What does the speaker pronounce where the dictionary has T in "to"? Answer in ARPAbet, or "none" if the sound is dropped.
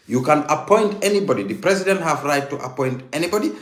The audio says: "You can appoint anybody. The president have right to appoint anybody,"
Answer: T